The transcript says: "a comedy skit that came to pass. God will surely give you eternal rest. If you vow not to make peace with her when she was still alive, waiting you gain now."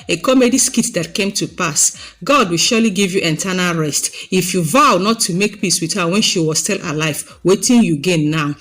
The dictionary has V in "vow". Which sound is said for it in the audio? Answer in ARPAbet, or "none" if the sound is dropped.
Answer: V